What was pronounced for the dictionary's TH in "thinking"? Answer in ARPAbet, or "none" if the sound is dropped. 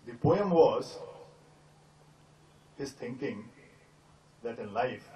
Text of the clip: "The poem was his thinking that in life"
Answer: T